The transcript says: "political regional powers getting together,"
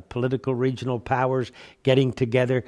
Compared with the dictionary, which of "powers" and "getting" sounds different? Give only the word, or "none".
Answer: none